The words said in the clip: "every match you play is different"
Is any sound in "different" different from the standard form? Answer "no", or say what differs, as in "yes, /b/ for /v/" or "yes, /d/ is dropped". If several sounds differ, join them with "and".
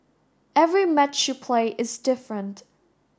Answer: no